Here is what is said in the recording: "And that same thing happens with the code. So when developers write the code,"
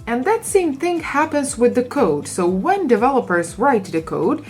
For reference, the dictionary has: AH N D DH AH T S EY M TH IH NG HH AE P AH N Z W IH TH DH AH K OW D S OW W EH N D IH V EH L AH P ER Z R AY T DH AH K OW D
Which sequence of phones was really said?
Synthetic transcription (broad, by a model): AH N DH AH T S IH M TH IH NG HH AE P AH N Z W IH DH AH K OW D S OW W EH N D IH V EH L AH P ER Z R AY T DH AH K OW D